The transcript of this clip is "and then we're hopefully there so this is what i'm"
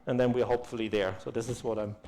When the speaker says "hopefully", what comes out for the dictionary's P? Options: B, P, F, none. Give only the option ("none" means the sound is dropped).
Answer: P